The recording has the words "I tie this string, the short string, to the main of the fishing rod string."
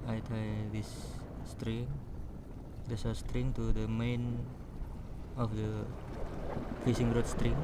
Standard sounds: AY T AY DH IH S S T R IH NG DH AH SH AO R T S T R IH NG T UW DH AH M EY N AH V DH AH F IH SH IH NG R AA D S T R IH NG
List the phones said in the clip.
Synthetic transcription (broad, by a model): AY T AY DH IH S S T R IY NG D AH S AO S T R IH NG T UW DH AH M EY N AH F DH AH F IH S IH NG R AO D S T R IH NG